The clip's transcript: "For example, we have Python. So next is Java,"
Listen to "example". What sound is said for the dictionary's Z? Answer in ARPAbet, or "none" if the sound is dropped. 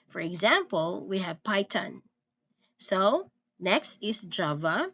Z